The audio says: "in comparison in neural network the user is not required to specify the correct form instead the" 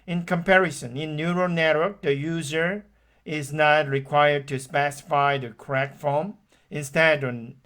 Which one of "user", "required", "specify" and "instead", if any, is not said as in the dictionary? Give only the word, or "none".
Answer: none